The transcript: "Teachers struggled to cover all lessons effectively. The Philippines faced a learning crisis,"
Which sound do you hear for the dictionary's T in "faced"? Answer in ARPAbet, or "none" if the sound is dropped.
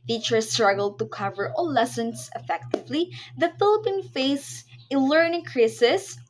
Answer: none